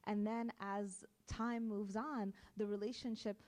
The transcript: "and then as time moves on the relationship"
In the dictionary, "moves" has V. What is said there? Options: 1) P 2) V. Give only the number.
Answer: 2